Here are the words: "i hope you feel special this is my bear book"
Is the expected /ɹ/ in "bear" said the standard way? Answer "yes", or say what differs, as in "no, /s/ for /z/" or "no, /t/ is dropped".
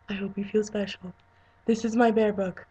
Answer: yes